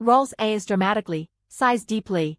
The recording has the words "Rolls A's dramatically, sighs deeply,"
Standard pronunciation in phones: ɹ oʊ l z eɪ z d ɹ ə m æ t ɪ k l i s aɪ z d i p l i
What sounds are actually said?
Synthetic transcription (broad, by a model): ɹ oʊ l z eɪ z d ɹ ə m æ t ɪ k l i s aɪ z d i p l i